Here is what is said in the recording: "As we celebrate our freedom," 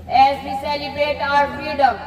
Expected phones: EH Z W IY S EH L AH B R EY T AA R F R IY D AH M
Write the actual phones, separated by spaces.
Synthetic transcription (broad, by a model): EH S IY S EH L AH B EY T AA R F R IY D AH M